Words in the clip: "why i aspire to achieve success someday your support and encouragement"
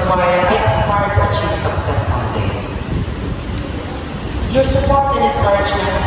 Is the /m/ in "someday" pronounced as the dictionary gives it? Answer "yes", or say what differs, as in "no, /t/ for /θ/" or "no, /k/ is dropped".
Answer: no, /m/ is dropped